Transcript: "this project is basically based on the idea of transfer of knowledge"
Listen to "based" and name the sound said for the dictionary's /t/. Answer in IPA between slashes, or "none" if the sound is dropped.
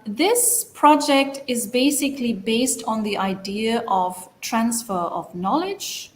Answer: /t/